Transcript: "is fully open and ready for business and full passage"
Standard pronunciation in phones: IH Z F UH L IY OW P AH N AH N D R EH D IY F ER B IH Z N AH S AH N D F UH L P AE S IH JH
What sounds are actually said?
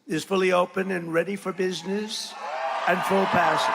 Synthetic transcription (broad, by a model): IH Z F UH L IY OW P AH N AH N R EH D IY F ER B IH Z N AH S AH N F UH L P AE S